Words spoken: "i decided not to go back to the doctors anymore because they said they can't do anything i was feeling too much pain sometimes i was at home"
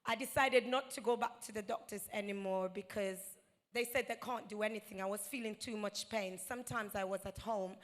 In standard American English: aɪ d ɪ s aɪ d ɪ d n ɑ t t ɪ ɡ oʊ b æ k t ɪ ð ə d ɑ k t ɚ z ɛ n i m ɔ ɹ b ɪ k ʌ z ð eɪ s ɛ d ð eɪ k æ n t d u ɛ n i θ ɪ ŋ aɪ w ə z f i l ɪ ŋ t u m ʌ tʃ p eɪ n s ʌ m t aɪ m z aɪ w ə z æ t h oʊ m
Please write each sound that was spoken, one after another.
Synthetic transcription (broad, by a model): aɪ d ɪ s aɪ d ɪ d n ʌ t t ɪ ɡ oʊ b æ k t ɪ ð ə d ɑ k t ɚ z ɛ n i m ɔ ɹ b ɪ k ʌ z ð eɪ s ɛ d ð eɪ k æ n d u ɛ n i θ ɪ ŋ aɪ w ə z f i l ɪ ŋ t u m ʌ tʃ p eɪ n s ʌ m t aɪ m z aɪ w ə z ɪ t h oʊ m